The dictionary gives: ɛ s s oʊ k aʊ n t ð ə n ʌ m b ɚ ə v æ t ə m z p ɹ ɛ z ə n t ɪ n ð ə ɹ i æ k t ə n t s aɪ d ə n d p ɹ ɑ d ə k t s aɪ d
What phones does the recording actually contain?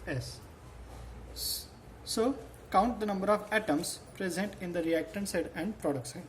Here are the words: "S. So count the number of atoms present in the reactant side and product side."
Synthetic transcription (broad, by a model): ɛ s s oʊ k aʊ n t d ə n ʌ m b ɚ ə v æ t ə m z p ɹ ɛ z ə n t ɪ n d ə ɹ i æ k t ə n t s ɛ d ə n d p ɹ ɑ d ə k t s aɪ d